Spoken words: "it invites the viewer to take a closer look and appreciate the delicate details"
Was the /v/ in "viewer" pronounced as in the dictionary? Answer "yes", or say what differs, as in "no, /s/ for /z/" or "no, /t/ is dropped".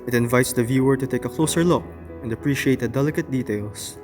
yes